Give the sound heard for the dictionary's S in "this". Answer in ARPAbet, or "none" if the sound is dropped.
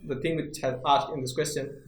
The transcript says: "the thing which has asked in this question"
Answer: S